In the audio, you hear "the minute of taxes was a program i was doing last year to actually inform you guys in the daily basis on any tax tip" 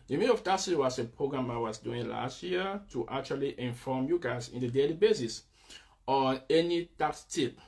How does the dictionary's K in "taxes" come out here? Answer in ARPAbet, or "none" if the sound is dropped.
none